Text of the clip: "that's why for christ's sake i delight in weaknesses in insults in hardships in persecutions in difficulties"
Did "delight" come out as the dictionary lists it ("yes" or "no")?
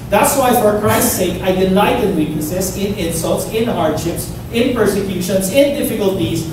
no